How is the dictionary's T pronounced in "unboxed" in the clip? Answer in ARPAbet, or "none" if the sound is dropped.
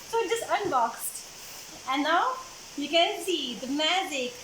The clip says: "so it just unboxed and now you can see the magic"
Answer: T